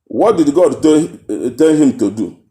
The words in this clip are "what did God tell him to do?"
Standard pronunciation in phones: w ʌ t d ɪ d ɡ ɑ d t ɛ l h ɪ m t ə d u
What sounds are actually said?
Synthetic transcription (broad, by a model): w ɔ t d ɪ d ɡ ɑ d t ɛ n h ɪ m t ə d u